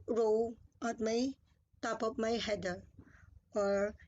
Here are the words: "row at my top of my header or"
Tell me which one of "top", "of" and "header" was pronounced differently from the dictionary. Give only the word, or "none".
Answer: of